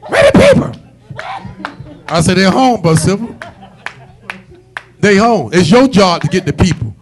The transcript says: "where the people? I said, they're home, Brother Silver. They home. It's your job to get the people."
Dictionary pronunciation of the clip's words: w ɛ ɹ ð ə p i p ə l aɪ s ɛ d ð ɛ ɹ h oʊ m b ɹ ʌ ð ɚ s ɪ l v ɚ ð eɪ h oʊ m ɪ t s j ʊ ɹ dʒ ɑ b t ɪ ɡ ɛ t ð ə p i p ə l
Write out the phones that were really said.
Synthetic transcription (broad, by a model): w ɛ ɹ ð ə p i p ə aɪ s ɛ d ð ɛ h oʊ m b ʌ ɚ s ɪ v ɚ ð eɪ h oʊ m ɪ t s j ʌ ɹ dʒ ɑ b t ɪ ɡ ɛ t ð ə p i p l